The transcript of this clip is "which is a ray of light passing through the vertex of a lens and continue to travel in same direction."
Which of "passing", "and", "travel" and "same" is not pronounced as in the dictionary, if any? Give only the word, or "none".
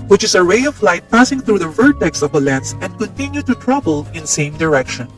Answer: travel